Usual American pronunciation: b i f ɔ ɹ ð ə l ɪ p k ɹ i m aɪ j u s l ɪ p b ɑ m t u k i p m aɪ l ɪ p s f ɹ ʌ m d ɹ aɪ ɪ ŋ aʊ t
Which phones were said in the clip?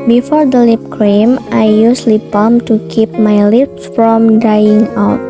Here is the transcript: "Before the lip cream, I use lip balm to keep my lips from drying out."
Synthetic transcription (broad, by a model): b i f ɔ ɹ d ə l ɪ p k ɹ i m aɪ j u s l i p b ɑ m t u k i p m aɪ l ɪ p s f ɹ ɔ m d aɪ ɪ ŋ aʊ t